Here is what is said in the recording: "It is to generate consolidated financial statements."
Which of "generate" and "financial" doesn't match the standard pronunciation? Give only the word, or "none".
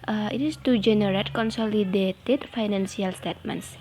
financial